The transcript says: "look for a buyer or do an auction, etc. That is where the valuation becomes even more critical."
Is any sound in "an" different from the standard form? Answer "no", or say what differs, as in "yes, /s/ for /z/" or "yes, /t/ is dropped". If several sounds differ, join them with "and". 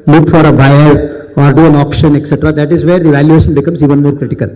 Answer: no